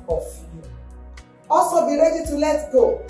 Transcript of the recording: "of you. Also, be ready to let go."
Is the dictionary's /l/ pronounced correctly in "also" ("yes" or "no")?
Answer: no